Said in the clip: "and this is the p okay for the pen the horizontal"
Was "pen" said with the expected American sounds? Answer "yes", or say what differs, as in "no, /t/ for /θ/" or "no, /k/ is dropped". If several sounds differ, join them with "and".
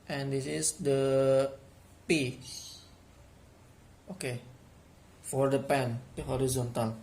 yes